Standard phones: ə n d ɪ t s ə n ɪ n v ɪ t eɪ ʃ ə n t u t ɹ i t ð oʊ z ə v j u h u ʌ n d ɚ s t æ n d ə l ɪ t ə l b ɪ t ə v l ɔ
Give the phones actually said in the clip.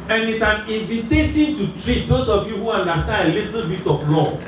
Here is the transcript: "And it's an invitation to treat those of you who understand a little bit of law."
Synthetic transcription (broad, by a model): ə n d ɪ t s ə n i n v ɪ t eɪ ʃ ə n t u t ɹ i t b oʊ s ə f j u h u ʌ n d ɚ s t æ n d ə l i t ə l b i t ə f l ɔ